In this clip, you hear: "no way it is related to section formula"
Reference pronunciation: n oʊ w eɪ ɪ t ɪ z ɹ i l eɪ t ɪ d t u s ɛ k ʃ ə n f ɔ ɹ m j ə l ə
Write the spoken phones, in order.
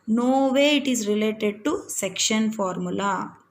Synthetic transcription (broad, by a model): n oʊ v eɪ ɪ t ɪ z ɹ i l eɪ t ɪ d t u s ɛ k ʃ ə n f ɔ ɹ m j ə l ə